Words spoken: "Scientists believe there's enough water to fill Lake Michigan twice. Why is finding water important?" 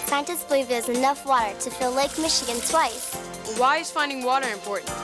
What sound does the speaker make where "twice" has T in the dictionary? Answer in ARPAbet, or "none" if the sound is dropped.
S